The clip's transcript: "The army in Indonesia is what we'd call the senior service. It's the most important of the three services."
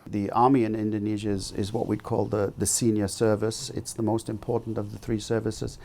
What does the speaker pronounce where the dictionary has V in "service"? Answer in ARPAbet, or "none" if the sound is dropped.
V